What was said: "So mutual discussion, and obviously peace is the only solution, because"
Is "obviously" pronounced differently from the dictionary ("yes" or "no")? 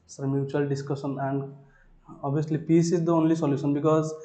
yes